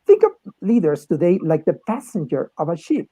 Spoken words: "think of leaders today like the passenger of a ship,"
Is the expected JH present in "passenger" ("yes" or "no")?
yes